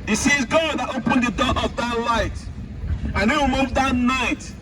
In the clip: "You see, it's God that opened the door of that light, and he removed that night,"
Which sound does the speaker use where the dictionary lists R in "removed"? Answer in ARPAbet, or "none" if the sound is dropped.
W